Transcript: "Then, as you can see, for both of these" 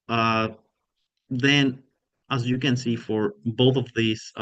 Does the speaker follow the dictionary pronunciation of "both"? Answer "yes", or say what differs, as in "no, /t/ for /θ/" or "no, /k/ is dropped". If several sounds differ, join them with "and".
yes